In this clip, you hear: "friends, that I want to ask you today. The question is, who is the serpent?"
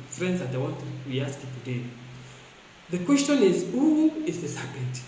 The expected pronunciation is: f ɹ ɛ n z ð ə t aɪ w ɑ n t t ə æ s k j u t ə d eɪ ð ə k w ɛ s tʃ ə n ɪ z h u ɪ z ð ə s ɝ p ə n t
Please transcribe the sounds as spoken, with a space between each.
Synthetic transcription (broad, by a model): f ɹ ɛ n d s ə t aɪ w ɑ t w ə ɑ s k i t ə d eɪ ð ə k w ɛ s tʃ ə n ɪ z h u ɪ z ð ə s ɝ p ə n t